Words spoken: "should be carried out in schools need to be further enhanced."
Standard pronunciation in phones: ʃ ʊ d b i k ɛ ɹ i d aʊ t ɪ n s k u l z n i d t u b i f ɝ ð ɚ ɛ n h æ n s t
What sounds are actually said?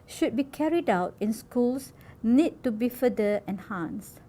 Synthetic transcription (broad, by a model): ʃ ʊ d b i k ɛ ɹ i d aʊ t ɪ n s k u l s n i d t u b i f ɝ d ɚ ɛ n h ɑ n s